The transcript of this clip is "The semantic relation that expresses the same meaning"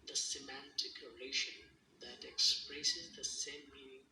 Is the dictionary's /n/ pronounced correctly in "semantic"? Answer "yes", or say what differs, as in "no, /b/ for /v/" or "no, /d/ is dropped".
yes